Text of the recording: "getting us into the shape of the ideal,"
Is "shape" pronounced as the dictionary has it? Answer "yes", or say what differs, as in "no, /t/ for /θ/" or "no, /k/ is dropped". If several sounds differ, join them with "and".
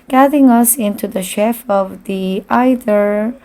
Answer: no, /f/ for /p/